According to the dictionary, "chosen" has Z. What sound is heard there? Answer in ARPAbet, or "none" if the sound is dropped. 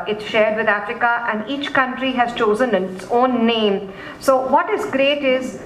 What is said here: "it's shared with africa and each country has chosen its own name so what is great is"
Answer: Z